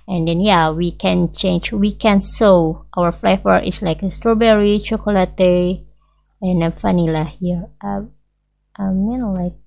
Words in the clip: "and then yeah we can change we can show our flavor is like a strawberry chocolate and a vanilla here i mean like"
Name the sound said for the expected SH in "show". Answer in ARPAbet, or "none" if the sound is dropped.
S